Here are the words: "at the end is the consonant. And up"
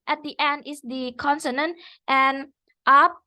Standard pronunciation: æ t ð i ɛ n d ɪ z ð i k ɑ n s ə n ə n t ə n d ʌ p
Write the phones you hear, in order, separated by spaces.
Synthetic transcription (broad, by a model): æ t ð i ɛ n d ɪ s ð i k ɑ n s ə n ə n t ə n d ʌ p